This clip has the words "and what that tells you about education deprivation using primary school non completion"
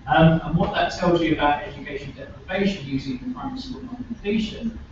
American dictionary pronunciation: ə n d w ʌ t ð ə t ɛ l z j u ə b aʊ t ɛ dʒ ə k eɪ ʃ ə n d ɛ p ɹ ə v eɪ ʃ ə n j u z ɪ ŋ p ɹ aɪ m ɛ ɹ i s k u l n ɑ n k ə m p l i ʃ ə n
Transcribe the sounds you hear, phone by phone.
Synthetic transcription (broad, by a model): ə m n w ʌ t ð ə t ɛ l z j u ə b aʊ t ɛ dʒ ə k eɪ ʃ ə n d ɛ p ɹ ə v eɪ ʃ ə n j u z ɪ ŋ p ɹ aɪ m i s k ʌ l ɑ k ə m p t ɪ ʃ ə n